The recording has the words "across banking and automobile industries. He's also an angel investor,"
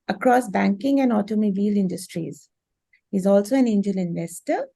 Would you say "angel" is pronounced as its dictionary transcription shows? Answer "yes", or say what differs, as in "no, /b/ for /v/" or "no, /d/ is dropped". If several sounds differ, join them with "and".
yes